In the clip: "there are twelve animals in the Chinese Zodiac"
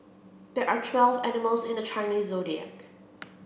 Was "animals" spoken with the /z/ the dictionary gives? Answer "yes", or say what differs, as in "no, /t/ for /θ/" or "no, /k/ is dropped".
yes